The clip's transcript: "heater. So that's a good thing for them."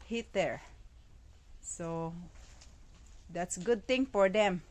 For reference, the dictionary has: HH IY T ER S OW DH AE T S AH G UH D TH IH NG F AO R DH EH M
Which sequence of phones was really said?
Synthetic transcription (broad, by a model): HH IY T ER S OW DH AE T S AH G UH D T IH NG F AO R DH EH M